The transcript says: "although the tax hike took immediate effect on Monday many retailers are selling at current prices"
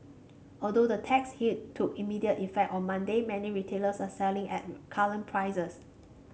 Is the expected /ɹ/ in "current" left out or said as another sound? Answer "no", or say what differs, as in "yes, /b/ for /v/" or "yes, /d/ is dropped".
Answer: yes, /l/ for /ɹ/